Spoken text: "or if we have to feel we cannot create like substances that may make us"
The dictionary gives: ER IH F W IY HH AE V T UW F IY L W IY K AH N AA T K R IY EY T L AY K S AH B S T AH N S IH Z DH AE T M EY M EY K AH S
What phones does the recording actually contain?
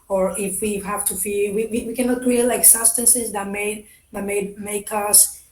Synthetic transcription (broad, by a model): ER IH F W IY HH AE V T UW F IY W W IY K AH N AA T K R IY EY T L AY K S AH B S T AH N S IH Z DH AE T M EY M EY K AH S